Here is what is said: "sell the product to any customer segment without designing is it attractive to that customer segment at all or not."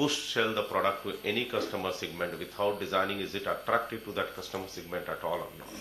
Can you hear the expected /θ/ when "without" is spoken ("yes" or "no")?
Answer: no